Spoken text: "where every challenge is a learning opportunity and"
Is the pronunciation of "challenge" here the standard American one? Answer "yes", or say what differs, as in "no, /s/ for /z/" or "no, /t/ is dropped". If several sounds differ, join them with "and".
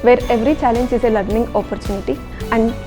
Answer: yes